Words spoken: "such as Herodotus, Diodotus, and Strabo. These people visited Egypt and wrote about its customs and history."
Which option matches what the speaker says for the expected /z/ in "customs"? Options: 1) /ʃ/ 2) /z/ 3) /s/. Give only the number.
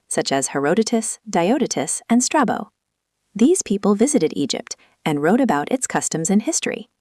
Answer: 2